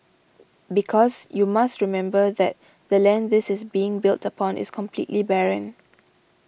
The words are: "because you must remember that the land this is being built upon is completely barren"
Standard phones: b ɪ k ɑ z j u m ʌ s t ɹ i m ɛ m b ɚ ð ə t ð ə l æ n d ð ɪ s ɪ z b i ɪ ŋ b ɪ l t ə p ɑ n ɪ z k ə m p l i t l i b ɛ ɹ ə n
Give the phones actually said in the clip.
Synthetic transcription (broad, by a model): b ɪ k ɑ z j u m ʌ s t ɹ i m ɛ m b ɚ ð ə t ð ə l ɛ n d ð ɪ s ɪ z b i ɪ ŋ b ɪ l t ə p ɑ n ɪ s k ə m p l i t l i b ɛ ɹ ə n